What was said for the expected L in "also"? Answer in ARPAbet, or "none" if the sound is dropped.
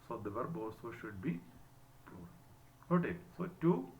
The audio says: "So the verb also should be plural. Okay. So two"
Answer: none